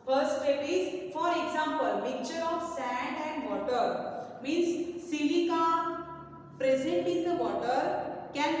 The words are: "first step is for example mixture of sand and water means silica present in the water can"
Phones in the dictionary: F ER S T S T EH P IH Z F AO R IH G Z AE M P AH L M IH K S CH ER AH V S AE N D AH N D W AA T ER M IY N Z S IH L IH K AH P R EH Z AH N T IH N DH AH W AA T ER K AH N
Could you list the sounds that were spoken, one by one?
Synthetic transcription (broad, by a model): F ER S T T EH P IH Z F AO R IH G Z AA M P AH L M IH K CH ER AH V S AE N D AH N D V AA T ER M IY N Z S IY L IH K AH P R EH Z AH N T IH N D AH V AA T ER K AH N